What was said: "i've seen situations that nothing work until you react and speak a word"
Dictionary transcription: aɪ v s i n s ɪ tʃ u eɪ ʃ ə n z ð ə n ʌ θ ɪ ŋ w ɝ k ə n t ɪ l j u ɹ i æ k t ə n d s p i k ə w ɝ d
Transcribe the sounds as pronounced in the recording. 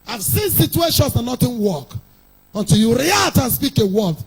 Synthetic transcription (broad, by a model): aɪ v s i n s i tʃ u eɪ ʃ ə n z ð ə n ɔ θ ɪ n w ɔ k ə n t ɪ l j u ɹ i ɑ t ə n s p i k ə w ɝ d